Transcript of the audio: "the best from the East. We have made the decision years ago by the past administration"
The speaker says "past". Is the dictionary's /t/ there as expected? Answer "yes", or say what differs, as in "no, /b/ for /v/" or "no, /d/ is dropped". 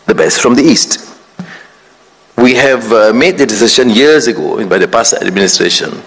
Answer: no, /t/ is dropped